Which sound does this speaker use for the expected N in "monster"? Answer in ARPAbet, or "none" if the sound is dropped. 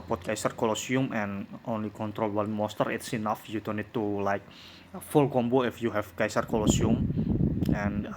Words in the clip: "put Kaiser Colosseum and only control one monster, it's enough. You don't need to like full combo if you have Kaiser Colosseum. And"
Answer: none